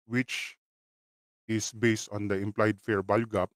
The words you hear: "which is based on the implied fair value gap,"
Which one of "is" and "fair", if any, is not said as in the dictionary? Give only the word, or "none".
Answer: is